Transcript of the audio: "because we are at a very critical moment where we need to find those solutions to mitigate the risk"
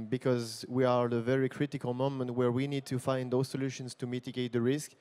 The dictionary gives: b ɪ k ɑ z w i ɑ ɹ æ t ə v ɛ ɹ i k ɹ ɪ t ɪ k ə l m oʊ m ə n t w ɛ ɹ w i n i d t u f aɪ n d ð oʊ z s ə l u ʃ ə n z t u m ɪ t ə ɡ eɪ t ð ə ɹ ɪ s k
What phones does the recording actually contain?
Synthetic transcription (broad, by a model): b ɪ k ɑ z w i ɑ ɹ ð ə v ɛ ɹ i k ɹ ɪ t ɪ k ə l m oʊ m ə n t w ɛ ɹ w i n i d t u f aɪ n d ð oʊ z s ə l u ʃ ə n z t u m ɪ t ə ɡ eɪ t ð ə ɹ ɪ s k